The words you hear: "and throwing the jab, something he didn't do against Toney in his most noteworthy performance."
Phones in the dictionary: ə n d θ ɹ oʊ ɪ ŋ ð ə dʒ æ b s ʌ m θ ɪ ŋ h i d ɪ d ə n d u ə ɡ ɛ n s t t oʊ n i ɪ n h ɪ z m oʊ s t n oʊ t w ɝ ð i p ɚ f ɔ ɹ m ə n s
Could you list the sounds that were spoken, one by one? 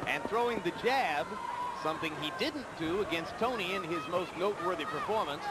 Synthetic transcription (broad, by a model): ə n θ ɹ oʊ ɪ ŋ ð ə dʒ æ b s ʌ m θ ɪ ŋ i d ɪ d n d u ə ɡ ɛ n s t t oʊ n i ɪ n ɪ z m oʊ s t n oʊ t w ɝ ð i p ɚ f ɔ ɹ m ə n s